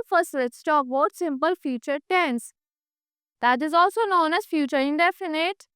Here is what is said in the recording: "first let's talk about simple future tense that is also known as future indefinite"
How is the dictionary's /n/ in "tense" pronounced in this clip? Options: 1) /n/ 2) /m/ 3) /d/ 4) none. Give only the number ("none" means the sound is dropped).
1